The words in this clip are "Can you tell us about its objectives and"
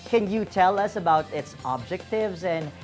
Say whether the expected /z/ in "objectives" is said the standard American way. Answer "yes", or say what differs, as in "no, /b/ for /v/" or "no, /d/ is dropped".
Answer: yes